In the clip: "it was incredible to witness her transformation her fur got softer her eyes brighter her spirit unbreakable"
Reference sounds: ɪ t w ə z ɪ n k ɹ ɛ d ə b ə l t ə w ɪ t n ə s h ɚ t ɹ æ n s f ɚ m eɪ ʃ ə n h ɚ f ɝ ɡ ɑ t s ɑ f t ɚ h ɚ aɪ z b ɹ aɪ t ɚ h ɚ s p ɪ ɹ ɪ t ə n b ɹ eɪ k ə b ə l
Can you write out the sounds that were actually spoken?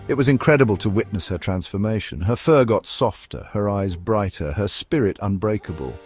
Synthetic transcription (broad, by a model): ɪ t w ə z ɪ n k ɹ ɛ d ə b ə l t ə w ɪ t n ə s h ɚ t ɹ æ n s f ɚ m eɪ ʃ ə n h ɚ f ɝ ɡ ɑ t s ɑ f t ɚ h ɚ aɪ z b ɹ aɪ t ɚ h ɚ s p ɪ ɹ ɪ t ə n b ɹ eɪ k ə b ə l